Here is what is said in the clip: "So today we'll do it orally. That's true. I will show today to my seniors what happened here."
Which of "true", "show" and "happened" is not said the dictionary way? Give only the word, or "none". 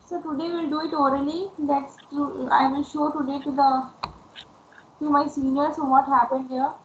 true